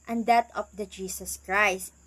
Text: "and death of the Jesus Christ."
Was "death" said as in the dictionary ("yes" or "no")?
no